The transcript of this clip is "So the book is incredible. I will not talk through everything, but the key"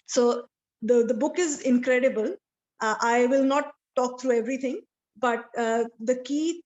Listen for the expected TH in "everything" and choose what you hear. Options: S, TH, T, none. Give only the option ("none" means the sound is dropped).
T